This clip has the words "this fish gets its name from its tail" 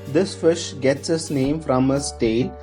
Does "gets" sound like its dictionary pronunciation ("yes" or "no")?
yes